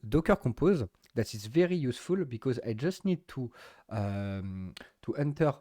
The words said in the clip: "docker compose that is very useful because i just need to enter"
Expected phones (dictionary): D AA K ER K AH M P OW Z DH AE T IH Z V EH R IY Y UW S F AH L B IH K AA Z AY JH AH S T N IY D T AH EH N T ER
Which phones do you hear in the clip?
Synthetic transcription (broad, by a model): D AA K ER K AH P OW Z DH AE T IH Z V EH R IY Y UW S F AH L B IH K AA Z AY JH AH S T N IY D T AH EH N T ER